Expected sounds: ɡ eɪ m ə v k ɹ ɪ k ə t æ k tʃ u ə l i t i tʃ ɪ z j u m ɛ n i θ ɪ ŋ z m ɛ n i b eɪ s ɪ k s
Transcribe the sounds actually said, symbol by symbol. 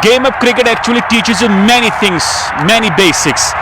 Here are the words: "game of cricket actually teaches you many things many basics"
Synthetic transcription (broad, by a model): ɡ eɪ m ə p k ɹ ɪ k ə t æ k tʃ u ə l i t i tʃ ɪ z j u m ɛ n i t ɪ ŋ s m ɛ n i b eɪ s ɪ k s